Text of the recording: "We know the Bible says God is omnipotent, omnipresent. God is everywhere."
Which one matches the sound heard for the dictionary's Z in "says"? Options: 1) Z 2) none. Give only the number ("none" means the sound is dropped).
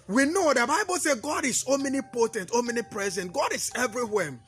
2